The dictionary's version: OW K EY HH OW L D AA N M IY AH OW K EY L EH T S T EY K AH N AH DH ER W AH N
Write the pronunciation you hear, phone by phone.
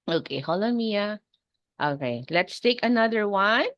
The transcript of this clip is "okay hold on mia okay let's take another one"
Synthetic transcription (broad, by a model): OW K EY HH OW L AA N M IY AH OW K EY L EH T S T EY K AH N AH DH ER W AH N